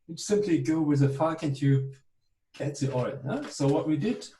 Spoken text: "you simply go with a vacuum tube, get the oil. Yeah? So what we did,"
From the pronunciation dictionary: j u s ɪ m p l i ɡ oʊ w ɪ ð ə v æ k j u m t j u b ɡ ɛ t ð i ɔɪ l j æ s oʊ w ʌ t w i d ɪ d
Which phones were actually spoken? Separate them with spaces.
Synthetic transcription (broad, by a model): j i s ɪ m p l i ɡ oʊ w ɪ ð ə f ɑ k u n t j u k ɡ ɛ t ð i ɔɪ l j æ s oʊ w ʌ t w i d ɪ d